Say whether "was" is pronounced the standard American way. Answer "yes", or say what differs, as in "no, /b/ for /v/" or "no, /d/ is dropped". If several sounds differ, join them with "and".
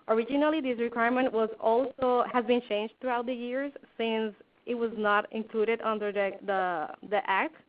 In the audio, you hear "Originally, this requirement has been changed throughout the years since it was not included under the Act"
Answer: yes